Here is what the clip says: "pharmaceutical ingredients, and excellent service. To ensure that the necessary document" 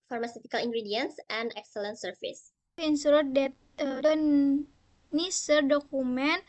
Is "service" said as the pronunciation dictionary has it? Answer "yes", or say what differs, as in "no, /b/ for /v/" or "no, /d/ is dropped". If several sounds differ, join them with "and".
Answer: no, /f/ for /v/